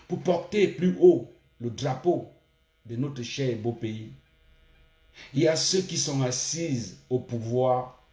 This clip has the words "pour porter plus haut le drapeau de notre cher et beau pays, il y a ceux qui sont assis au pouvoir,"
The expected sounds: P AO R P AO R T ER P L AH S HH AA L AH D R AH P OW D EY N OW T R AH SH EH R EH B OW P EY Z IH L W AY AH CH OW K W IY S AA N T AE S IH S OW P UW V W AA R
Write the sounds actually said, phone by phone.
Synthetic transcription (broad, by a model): P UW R P AO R T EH P L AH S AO L AH D R AH P OW D EY N OW T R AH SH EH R EH B OW P EY IY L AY AH S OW K IY S AA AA S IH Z OW P UW V W AA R